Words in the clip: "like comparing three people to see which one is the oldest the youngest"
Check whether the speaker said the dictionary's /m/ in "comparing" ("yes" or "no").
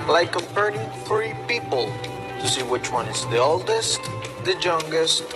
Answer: no